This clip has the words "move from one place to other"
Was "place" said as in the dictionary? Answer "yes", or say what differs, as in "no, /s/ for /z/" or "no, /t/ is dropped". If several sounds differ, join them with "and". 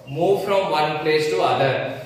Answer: yes